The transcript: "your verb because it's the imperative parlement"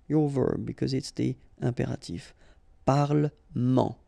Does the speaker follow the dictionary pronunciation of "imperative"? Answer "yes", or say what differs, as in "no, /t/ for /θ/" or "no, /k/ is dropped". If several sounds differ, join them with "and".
no, /m/ is dropped and /f/ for /v/